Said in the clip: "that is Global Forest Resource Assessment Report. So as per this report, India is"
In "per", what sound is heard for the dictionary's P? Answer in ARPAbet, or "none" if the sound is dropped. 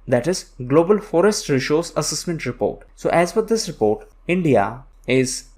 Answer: F